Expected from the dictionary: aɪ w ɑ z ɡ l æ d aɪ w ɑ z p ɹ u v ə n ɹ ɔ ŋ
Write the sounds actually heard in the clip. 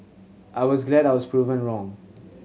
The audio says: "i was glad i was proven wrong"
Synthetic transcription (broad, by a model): aɪ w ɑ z ɡ l æ d aɪ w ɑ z p ɹ u v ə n ɹ ɔ ŋ